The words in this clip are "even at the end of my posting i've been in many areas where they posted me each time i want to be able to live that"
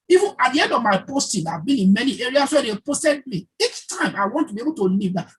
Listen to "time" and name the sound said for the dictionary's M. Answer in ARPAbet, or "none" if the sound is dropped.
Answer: M